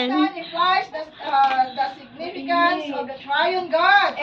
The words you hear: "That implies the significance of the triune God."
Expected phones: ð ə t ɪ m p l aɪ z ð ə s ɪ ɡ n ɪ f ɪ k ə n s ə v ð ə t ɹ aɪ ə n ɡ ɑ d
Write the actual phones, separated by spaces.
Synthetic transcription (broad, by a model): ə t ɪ p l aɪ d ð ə s ɪ ɡ n ɪ f ɪ k ə n s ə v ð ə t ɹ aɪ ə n ɡ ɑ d